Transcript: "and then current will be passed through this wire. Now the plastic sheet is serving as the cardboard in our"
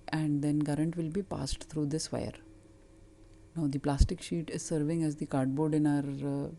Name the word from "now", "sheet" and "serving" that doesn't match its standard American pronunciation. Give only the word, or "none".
none